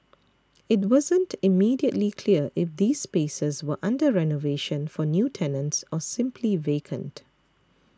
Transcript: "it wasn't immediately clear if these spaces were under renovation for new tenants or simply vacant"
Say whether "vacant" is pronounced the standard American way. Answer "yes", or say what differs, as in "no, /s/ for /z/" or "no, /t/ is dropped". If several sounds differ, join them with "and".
yes